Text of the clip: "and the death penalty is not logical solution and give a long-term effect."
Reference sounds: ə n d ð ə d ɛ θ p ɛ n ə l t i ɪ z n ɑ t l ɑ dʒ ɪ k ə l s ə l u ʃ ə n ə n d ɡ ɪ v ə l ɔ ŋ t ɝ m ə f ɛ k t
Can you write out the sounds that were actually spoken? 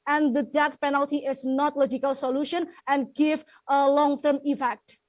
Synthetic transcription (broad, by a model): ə n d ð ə d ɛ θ p ɛ n ə l t i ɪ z n ɑ t l ɑ dʒ ɪ k ə l s ə l u ʃ ə n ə n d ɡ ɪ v ə l ɔ ŋ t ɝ m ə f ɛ k t